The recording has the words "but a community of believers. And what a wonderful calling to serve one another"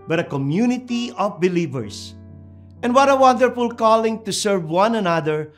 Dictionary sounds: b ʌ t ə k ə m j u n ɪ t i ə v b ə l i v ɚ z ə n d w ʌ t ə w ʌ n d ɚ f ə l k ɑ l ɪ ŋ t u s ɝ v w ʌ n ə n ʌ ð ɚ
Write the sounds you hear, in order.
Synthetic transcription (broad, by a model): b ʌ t ə k ə m j u n ɪ t i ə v b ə l i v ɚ s ə n d w ʌ t ə w ʌ n d ɚ f ə l k ɑ l ɪ ŋ t u s ɝ v w ʌ n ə n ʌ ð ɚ